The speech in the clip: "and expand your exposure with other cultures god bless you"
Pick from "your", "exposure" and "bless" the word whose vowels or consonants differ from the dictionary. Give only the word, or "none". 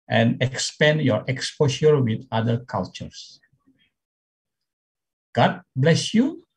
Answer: exposure